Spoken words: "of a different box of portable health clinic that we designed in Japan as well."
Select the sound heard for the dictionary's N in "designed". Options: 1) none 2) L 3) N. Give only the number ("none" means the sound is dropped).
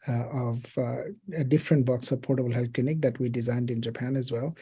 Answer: 3